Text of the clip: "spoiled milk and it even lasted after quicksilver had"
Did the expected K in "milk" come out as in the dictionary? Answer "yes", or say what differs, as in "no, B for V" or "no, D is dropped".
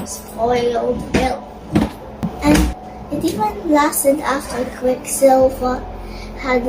no, K is dropped